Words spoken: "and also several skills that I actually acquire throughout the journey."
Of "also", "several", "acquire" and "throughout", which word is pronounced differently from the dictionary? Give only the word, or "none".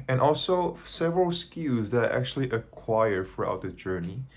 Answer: throughout